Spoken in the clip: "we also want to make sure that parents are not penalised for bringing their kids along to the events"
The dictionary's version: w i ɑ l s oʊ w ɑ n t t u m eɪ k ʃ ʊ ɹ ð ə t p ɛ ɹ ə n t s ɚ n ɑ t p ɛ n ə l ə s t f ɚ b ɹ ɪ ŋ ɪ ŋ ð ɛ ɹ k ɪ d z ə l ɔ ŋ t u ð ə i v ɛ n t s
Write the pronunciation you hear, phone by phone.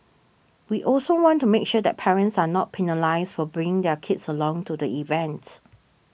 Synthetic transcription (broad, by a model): w i ɑ l s oʊ w ɑ n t t u m eɪ k ʃ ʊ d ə t p ɛ ɹ ə n t s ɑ n ɑ t p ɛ n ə l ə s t f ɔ b ɹ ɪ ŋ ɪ ŋ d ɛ k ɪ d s ə l ɔ ŋ t u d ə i v ɛ n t